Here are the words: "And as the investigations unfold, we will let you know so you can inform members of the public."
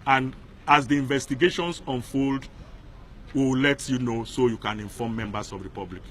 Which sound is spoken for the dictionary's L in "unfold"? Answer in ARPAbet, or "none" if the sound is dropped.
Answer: L